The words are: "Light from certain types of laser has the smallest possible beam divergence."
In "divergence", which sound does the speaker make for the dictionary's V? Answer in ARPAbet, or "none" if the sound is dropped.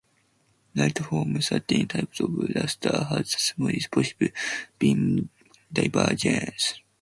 B